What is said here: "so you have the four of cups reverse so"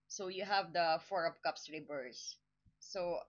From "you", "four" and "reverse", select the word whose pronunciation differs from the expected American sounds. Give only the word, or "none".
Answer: reverse